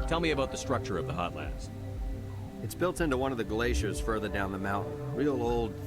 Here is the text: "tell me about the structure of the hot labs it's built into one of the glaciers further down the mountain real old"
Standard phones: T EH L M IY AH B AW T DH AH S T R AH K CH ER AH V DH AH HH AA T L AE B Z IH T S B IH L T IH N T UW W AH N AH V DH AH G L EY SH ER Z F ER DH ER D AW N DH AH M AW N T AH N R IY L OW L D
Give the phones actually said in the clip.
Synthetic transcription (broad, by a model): T EH L M IY AH B AW T DH AH S T R AH K CH ER AH V DH AH HH AA T L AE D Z IH T S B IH L T IH N T UW W AH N AH V DH AH G L EY SH ER Z F ER DH ER D AW N DH AH M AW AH N R IY L OW L D